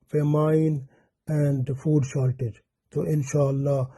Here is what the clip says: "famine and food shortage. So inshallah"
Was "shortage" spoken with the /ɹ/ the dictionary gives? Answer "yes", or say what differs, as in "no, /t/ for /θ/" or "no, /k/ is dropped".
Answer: no, /l/ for /ɹ/